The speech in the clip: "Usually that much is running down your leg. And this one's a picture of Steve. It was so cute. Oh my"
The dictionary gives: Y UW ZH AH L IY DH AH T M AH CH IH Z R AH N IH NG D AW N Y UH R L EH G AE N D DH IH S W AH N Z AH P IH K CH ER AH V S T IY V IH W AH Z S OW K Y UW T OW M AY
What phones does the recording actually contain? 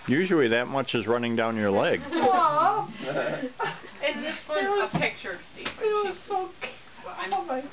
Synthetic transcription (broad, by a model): Y UW ZH L IY DH AH T M AH CH IH Z R AH N IH NG D AW N Y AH R L EH G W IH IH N AH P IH K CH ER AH S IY IH W AH Z S OW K OW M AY